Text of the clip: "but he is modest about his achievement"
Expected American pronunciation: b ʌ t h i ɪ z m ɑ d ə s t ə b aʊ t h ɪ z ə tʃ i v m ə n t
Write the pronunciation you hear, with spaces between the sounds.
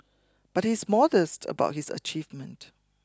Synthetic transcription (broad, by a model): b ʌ t h i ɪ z m ɑ d ə s t ə b aʊ t h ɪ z ə tʃ i v m ə n t